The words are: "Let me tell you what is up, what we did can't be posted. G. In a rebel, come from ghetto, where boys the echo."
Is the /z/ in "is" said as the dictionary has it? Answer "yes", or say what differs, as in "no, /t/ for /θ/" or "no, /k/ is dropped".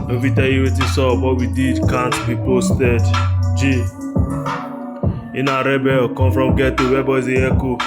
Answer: no, /s/ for /z/